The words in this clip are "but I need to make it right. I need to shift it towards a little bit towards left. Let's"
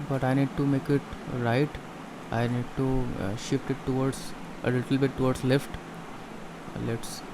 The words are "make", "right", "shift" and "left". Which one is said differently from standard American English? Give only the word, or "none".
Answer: none